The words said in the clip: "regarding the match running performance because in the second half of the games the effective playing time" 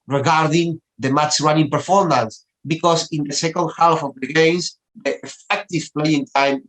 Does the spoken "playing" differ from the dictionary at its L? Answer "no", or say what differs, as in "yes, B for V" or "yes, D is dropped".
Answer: no